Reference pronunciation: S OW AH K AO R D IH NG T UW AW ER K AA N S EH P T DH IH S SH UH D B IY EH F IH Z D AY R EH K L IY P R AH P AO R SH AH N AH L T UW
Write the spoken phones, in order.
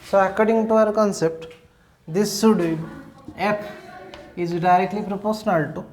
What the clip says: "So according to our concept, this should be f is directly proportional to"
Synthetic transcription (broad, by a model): S OW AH K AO R D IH NG T UW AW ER K AA N S EH P T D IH S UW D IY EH P IH Z D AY R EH K L IY P R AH P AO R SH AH N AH L T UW